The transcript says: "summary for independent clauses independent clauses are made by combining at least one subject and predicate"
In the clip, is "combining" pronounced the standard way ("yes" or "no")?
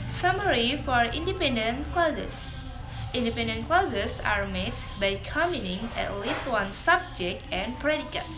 no